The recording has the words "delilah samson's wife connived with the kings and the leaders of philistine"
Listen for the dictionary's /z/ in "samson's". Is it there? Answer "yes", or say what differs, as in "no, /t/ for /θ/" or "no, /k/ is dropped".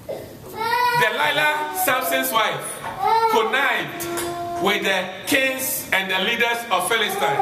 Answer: no, /s/ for /z/